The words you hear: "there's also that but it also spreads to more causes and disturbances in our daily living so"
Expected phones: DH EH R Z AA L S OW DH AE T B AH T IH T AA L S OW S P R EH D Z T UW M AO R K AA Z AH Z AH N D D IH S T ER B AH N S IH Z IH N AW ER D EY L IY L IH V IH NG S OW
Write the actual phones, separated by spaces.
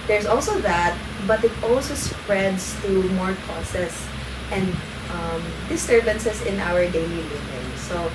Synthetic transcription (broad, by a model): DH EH R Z AA L S OW DH AE T B AH T IH T AA L S OW S P R EH D S T UW M AO R K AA S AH S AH N D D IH S T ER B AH N S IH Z IH N AW ER D EY L IY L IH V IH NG S OW